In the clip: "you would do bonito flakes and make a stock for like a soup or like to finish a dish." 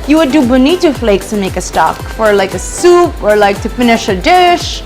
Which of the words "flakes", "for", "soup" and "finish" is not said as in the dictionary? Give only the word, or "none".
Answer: none